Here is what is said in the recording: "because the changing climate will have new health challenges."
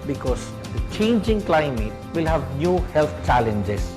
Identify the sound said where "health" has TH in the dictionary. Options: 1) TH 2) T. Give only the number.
2